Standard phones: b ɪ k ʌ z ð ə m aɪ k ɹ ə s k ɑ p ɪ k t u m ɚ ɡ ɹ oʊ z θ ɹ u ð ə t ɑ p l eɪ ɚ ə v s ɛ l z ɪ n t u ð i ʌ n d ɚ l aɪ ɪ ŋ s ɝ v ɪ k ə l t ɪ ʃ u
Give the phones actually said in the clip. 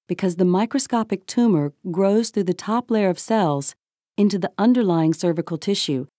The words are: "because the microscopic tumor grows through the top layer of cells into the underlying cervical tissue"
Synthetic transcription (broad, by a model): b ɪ k ʌ z ð ə m aɪ k ɹ ə s k ɑ p ɪ k t u m ɚ ɡ ɹ oʊ z θ ɹ u ð ə t ɑ p l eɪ ɚ ə v s ɛ l z ɪ n t u ð i ʌ n d ɚ l aɪ ɪ ŋ s ɝ v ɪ k l t ɪ ʃ u